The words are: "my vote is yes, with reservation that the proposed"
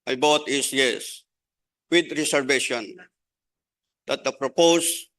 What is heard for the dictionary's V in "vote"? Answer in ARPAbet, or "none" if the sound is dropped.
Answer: B